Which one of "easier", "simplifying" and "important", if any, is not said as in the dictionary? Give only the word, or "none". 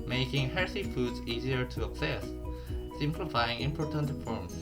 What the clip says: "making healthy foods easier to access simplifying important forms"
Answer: none